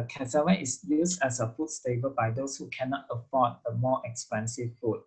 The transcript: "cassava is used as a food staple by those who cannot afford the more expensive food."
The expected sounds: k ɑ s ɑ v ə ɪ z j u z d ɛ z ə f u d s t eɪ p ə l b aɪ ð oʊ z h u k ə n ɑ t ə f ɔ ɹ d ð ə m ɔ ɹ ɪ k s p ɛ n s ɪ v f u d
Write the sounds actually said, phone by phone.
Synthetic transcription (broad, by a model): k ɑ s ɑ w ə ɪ s j u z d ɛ s ə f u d s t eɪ b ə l b aɪ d oʊ s h u k ə n ɑ t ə f ɔ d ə m ɔ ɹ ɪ k s p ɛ n s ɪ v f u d